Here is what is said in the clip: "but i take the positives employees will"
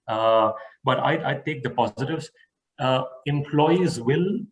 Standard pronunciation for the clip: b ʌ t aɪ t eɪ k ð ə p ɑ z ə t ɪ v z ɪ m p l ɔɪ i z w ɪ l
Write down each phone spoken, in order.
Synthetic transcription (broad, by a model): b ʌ t aɪ t eɪ k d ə p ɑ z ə t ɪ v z ɪ m p l ɔɪ i z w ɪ l